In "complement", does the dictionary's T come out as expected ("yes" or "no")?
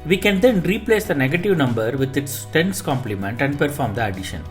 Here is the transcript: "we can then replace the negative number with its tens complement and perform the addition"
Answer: yes